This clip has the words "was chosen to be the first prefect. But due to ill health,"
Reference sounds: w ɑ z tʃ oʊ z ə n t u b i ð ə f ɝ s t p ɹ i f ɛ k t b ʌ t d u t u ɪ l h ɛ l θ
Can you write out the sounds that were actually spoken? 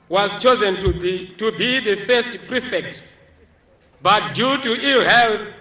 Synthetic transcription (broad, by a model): w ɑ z tʃ oʊ z ə n t u b i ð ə f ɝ s t p ɹ i f ɛ k t b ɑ t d u t u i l h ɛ l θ